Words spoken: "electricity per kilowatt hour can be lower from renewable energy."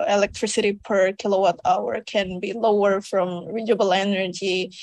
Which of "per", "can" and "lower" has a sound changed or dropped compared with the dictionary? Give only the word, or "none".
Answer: none